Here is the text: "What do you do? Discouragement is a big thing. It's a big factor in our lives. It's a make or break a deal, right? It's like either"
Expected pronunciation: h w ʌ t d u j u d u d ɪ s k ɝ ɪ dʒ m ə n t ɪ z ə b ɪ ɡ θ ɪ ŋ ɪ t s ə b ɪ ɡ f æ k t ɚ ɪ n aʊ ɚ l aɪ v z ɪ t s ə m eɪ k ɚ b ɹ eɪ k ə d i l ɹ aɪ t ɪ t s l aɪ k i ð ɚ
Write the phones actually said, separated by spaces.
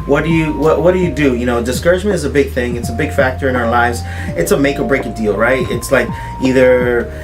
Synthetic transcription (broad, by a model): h w ʌ t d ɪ j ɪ d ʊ d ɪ s k ɝ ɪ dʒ m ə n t ɪ z ə b ɪ ɡ θ ɪ ŋ ɪ t s ə b ɪ ɡ f æ k t ɚ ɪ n aʊ ɚ l aɪ v z ɪ t s ə m eɪ k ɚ b ɹ eɪ k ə d i l ɹ aɪ t ɪ t s l aɪ k i ð ɚ